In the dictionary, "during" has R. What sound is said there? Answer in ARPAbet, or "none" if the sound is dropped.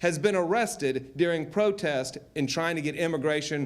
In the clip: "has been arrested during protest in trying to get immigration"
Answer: R